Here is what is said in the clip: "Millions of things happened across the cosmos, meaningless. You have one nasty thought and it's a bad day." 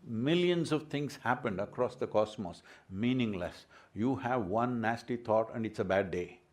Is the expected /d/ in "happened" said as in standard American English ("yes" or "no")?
yes